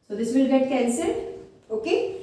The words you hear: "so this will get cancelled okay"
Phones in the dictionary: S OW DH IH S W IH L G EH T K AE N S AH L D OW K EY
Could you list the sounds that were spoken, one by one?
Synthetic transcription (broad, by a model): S OW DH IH S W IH L G EH T K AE N S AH D OW K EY